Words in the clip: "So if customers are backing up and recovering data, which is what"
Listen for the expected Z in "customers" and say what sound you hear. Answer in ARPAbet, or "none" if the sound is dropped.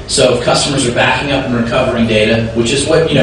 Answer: Z